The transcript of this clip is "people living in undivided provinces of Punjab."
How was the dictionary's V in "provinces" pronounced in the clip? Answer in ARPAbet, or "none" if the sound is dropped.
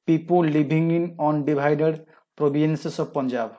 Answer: B